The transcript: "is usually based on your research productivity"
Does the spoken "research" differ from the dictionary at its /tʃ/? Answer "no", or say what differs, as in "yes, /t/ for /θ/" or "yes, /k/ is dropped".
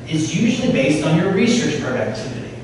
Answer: no